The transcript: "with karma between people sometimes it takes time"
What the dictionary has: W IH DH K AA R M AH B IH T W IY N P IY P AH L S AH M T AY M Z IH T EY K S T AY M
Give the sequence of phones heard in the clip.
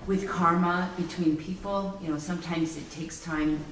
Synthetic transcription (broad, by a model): W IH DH K AA R M AH B IH T W IY N P IY P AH N S AH M T AY M Z IH T EY K S T AY M